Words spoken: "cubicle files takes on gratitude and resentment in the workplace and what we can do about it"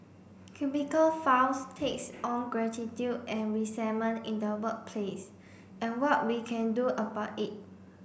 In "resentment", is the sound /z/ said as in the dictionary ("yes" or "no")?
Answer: no